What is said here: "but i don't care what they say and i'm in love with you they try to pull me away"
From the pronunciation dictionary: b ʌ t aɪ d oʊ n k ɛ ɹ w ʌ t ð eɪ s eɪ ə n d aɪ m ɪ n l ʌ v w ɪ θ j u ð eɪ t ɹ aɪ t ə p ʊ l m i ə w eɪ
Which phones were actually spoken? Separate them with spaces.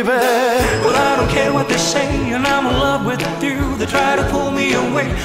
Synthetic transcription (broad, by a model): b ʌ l aɪ d oʊ n k ɛ ɹ w ʌ t ð eɪ s eɪ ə n aɪ m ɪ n l ʌ v w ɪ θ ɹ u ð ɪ t ɹ aɪ t ə p ʊ l m i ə w eɪ